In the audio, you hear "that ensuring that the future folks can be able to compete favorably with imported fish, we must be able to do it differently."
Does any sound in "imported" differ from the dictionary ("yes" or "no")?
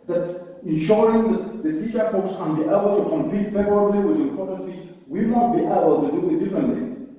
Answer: yes